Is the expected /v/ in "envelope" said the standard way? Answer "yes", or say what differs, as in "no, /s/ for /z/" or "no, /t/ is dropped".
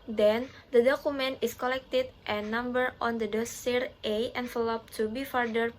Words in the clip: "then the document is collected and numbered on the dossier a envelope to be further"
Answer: no, /f/ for /v/